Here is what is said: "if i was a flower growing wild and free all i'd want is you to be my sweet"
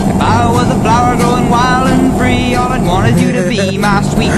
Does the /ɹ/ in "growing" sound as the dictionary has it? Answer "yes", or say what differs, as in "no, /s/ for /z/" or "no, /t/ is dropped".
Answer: no, /ɹ/ is dropped